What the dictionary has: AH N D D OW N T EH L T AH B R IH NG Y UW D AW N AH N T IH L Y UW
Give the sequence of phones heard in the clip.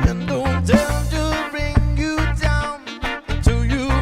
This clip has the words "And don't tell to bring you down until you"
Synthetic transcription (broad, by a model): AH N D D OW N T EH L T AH B R IH NG Y UW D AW AH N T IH Y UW